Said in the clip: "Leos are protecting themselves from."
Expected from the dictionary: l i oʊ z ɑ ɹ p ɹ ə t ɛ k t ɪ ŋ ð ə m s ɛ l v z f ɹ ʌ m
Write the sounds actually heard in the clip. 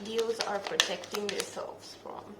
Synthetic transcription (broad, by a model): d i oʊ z ɑ ɹ p ɹ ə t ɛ k t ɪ ŋ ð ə s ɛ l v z f ɹ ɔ m